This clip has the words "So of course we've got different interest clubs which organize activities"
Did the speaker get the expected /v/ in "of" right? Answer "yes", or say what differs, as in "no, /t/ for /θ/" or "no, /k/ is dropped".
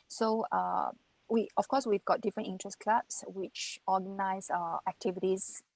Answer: no, /f/ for /v/